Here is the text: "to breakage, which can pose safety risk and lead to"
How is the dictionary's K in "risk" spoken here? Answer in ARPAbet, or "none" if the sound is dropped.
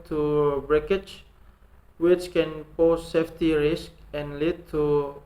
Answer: K